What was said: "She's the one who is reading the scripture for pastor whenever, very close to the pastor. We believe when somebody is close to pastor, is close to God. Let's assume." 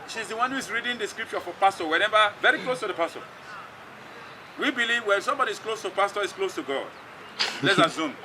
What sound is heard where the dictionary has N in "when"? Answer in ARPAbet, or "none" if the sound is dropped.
L